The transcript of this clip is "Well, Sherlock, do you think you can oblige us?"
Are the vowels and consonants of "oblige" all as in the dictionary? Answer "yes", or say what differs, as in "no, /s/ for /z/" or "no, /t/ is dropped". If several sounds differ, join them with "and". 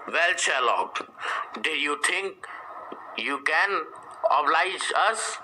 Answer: yes